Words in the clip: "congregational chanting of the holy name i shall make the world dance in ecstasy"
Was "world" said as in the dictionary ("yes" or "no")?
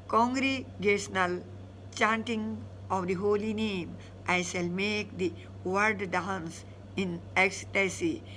no